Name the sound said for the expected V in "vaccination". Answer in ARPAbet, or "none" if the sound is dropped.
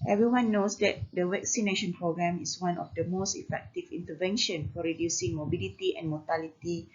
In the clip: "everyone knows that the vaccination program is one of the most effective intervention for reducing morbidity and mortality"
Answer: W